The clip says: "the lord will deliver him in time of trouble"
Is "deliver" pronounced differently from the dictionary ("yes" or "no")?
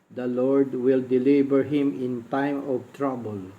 yes